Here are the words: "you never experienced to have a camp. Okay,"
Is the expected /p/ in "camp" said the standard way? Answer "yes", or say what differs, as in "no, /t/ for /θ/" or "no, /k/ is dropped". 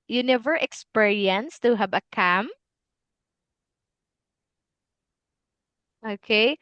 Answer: no, /p/ is dropped